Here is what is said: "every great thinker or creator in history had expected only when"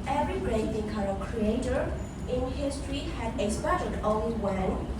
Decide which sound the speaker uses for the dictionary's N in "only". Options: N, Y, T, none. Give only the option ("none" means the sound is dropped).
none